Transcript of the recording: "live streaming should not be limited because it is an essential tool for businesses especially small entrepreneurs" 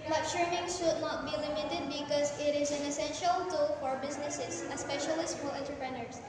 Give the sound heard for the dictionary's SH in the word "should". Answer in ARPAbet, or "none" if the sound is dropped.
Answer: SH